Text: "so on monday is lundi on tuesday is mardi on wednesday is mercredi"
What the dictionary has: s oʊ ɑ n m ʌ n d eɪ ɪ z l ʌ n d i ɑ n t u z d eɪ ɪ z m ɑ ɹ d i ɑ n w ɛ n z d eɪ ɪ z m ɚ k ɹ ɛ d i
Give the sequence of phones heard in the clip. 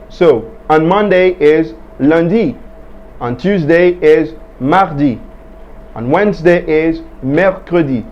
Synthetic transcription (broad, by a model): s oʊ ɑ n m ʌ n d eɪ ɪ z l ʌ n d i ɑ n t u z d eɪ ɪ z m ɑ ɹ d i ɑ n w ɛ n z d eɪ ɪ z m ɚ k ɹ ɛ d i